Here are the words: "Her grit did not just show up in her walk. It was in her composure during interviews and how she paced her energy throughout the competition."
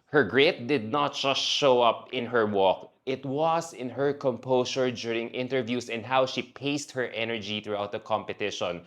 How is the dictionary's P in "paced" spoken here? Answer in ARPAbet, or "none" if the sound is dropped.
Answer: P